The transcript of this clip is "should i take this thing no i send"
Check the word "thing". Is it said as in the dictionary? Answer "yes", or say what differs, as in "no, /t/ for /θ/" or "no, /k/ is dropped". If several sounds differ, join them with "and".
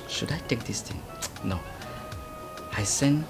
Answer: no, /t/ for /θ/